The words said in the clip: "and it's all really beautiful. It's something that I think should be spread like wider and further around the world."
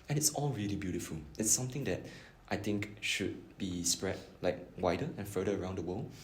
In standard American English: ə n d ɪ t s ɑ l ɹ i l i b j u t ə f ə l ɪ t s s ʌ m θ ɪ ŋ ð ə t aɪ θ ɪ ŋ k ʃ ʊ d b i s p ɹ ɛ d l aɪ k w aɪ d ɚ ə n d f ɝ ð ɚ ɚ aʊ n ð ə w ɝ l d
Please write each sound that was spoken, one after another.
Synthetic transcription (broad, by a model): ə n ɪ t s ɑ l ɹ i l i b j u t ə f ə l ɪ t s s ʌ m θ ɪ ŋ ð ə t aɪ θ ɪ ŋ k ʃ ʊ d b i s p ɹ ɛ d l aɪ k w aɪ d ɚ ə n f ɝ ɚ ɚ aʊ n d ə w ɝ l